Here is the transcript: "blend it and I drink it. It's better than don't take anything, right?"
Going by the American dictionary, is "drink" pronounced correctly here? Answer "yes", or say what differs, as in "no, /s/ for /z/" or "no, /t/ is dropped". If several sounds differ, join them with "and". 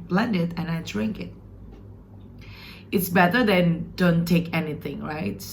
yes